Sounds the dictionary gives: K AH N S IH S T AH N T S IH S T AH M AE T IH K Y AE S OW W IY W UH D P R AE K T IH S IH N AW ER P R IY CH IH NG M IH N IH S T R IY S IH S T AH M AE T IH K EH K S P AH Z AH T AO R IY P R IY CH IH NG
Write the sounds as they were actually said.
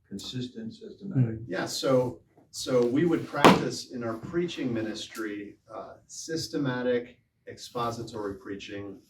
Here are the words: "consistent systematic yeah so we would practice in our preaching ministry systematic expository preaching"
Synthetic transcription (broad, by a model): K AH N S IH S T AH N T S IH S T AH M AE T IH K Y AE S OW W IY W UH D P R AE K T IH S IH N AW ER P R IY CH IH NG M IH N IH S T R IY S IH S T AH M AE T IH K EH K S P AH Z AH T AO R IY P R IY CH IH NG